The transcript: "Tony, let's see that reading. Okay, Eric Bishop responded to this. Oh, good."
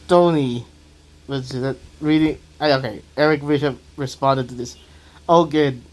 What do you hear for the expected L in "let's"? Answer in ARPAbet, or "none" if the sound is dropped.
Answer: W